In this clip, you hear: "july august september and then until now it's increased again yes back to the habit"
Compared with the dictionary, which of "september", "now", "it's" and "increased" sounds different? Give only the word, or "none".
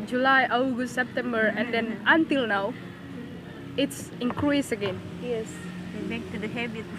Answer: increased